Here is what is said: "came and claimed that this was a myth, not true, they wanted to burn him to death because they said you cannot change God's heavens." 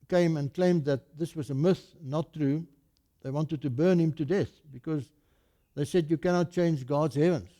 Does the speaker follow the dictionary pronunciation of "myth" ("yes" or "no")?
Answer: yes